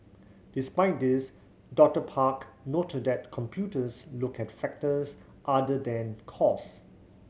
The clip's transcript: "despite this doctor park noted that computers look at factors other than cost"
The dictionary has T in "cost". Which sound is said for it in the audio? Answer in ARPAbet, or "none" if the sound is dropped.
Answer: none